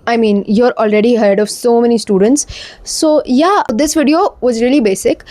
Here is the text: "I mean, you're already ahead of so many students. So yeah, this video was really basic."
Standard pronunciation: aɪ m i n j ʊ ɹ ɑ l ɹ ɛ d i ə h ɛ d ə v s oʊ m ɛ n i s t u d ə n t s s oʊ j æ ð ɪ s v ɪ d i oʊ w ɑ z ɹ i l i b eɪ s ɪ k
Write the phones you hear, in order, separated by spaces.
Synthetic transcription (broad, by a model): aɪ m i n j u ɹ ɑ l ɹ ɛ d i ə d d ə v s oʊ m ɛ n i s t u d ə n t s s oʊ j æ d ɪ s v ɪ d i oʊ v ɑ z ɹ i l i b eɪ s ɪ k